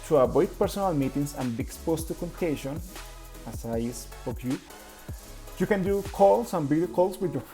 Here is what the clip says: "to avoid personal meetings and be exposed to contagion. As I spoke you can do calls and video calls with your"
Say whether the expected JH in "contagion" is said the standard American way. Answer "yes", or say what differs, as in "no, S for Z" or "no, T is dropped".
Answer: no, SH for JH